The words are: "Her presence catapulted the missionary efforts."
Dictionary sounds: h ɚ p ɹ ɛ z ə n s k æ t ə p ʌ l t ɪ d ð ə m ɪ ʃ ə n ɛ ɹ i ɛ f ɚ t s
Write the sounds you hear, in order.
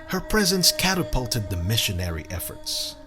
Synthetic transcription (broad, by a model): h ɚ p ɹ ɛ z ə n s k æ t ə p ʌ l t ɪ d ð ə m ɪ ʃ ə n ɛ ɹ i ɛ f ɚ t s